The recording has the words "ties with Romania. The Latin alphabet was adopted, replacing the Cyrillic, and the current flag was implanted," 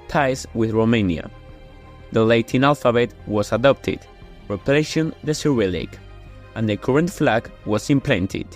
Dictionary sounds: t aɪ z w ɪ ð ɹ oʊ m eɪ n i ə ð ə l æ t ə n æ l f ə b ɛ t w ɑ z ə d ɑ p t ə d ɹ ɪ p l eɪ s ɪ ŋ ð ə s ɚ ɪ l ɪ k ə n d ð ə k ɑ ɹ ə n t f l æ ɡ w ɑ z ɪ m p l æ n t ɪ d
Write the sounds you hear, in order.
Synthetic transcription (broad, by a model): t aɪ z w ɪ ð ɹ oʊ m eɪ n i ə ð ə l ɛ t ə n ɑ l f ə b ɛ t w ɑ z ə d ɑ p t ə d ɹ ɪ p l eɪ ʃ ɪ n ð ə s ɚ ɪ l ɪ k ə n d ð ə k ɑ ɹ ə n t f l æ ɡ w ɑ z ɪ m p l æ n t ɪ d